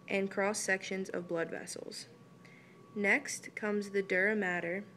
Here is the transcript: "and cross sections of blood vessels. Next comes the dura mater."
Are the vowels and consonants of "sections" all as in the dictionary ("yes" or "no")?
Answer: yes